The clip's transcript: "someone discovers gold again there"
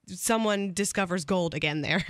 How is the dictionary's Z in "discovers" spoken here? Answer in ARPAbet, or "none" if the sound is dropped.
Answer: Z